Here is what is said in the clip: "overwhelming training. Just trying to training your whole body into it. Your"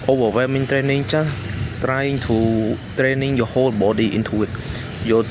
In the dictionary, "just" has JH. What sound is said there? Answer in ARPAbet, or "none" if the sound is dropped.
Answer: CH